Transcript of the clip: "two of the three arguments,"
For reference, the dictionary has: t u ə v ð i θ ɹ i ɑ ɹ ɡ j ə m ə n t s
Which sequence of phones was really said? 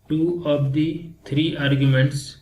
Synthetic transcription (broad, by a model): t u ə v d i t ɹ i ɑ ɹ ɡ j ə m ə n t s